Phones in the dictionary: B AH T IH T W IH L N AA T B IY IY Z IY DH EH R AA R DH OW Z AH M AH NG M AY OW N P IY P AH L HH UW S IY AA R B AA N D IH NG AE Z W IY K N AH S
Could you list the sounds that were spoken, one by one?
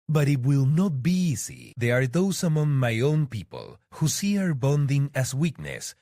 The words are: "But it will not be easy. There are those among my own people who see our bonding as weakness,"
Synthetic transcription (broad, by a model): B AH T IH T W IH L N AA T B IY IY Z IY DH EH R AA R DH OW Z AH M AH NG M AY OW N P IY P AH L HH UW S IY AA R B AA N D IH NG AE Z W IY K N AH S